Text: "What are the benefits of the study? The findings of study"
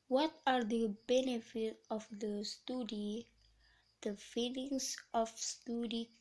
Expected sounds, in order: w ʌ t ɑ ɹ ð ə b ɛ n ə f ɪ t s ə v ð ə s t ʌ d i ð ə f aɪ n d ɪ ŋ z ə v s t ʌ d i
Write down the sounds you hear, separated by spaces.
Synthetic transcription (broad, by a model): w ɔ t ɑ ɹ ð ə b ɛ n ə f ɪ t ə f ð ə s t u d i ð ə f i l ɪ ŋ s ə f s t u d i